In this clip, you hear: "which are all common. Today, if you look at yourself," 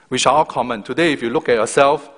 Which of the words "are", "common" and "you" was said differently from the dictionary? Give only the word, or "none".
are